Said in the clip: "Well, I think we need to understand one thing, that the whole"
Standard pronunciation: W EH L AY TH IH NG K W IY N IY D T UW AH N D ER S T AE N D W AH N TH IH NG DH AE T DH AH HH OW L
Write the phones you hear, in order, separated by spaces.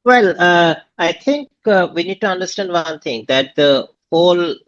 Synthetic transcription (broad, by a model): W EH L AY T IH NG K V IY N IY D T UW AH N D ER S T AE N D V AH N T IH NG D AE T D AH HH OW L